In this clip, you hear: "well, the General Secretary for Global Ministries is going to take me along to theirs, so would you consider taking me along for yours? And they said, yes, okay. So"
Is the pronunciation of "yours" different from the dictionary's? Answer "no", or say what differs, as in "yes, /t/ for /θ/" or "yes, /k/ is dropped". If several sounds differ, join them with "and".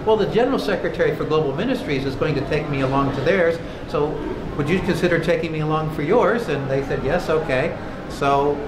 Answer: no